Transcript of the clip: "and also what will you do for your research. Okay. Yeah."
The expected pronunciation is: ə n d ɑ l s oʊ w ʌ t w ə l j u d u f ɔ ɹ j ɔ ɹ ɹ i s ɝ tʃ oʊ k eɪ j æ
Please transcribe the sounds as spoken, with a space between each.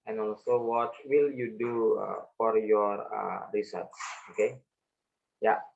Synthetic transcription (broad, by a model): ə n ɑ l s oʊ w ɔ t w ə l j u d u f ɔ ɹ j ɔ ɹ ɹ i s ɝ s oʊ k eɪ j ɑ